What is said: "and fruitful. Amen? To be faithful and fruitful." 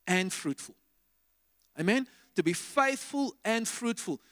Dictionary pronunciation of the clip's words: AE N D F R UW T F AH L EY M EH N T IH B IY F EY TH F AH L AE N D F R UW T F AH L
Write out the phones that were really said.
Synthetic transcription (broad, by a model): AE N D F R UW T F AH L EY M EH N T IH B IY F EY TH F AH L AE N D F R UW T F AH L